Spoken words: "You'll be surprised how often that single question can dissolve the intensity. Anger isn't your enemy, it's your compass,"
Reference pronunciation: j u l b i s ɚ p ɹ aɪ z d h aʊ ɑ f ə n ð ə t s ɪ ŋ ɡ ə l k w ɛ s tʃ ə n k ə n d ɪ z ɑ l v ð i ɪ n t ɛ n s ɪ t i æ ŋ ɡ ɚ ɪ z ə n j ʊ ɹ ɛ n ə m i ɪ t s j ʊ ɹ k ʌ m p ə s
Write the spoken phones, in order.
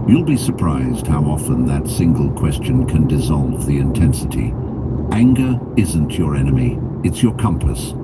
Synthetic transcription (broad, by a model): j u l b i s ɚ p ɹ aɪ z d h aʊ ɑ f ə n ð ə t s ɪ ŋ ɡ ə l k w ɛ s tʃ ə n k ə n d ɪ z ɑ l v ð i ɪ n t ɛ n s ɪ t i æ ŋ ɡ ɚ ɪ z ə n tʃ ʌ ɹ ɛ n ə m i ɪ t s j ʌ ɹ k ʌ m p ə s